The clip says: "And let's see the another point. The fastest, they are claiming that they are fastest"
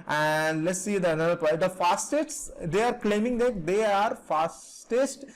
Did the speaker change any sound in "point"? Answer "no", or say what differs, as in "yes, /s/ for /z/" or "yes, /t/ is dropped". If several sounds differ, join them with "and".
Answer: yes, /n/ is dropped